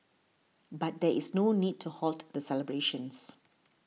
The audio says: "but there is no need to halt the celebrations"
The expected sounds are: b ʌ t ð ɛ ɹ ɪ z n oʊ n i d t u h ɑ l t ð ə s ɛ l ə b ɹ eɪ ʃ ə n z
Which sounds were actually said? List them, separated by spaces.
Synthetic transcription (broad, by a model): b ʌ t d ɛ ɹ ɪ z n oʊ n i d t u h ɑ l t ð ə s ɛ l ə b ɹ eɪ ʃ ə n s